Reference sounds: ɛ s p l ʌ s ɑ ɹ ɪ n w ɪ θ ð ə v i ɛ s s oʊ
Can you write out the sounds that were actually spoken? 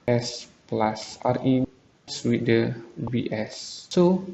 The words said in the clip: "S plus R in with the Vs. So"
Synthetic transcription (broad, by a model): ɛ s p l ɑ s ɑ ɹ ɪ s w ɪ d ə w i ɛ s s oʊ